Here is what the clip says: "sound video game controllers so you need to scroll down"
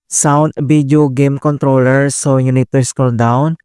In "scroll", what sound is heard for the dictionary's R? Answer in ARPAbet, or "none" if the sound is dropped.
none